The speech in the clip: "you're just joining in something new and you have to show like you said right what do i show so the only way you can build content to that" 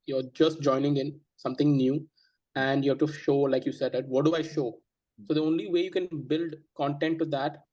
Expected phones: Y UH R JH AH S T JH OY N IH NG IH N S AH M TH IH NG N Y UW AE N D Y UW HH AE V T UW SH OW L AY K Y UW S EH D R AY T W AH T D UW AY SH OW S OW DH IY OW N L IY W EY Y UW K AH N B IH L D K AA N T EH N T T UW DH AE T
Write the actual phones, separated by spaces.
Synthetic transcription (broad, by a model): Y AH R JH AH S T JH OY N IH NG IH N S AH M T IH NG N Y UW AE N D Y UW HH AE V T UW SH OW L AY K Y UW S EH D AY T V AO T D UW AY SH OW S OW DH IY OW N L IY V EY Y UW K AH N B IH L D K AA N T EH N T T UW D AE T